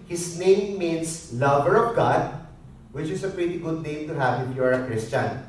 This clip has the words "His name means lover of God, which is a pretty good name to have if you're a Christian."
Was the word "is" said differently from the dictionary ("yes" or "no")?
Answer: yes